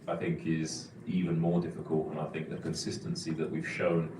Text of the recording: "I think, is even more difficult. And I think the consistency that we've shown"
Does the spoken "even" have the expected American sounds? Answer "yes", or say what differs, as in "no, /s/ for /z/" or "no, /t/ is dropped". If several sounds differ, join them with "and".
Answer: yes